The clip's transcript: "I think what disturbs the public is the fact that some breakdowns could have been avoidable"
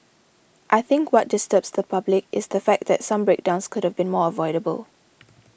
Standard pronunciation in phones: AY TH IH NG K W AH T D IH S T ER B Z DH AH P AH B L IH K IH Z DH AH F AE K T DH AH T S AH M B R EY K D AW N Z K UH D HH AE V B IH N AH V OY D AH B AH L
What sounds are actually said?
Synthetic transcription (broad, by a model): AY TH IH NG K W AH T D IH S T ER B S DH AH P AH B L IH K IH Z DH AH F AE K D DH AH T S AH M B R EY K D AW N S K UH D HH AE V B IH N AH V OY D AH B AH L